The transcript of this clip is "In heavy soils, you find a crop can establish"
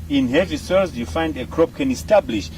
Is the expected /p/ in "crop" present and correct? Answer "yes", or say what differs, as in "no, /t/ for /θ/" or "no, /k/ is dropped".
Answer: yes